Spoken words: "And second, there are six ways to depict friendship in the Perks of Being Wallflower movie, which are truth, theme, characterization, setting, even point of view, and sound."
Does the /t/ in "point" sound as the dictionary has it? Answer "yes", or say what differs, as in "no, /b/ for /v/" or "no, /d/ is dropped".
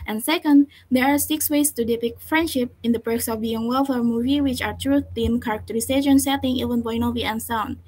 no, /t/ is dropped